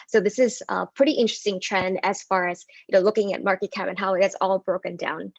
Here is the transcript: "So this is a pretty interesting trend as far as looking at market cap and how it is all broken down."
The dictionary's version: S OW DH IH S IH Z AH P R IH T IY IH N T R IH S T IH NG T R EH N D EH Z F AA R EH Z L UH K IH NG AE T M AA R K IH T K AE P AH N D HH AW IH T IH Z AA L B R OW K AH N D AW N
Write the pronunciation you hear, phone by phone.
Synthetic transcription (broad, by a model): S OW DH IH S IH Z AH P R IH T IY IH N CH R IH S T IH NG T R EH N D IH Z F AA R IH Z L UH K IH NG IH T M AA R K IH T K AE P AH N HH AW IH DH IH S AA L B R OW K AH N D AW N